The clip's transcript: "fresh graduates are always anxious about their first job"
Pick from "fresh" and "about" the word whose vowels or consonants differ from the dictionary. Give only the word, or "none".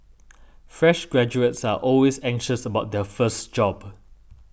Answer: none